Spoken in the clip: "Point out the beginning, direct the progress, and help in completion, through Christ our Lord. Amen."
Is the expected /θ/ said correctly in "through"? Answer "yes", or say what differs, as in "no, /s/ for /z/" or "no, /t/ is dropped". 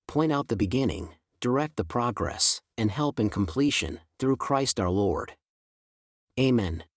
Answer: yes